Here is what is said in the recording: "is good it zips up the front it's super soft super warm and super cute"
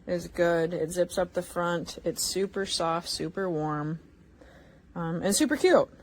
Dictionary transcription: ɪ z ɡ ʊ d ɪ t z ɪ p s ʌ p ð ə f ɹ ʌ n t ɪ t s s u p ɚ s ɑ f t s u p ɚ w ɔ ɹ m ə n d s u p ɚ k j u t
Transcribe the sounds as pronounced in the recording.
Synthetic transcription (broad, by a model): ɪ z ɡ ʊ d ɪ t z ɪ p s ʌ p ð ə f ɹ ʌ n t ɪ t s s u p ɚ s ɑ f t s u p ɚ w ɔ ɹ m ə n s u p ɚ k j u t